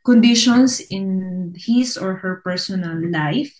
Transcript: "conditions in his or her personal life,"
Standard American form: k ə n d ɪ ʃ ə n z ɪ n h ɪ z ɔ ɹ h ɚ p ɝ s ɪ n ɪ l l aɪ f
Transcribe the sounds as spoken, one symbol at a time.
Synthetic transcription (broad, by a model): k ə n d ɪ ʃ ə n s ɪ n h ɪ s ɔ ɹ h ɚ p ɝ s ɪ n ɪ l l aɪ f